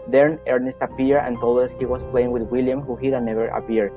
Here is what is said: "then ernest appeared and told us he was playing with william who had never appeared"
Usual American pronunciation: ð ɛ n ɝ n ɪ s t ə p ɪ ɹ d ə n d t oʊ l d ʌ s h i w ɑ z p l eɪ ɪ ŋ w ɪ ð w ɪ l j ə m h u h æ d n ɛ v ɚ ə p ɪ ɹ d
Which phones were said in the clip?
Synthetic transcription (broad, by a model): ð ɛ n ɝ n ɪ s t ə p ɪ ɹ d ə n t oʊ l d ʌ s h i w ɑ s p l eɪ ɪ ŋ w ɪ ð w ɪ l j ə m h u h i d n ɛ v ɚ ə p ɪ ɹ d